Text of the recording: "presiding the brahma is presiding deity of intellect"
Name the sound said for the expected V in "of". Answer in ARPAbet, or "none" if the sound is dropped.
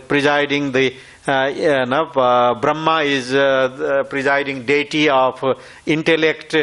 P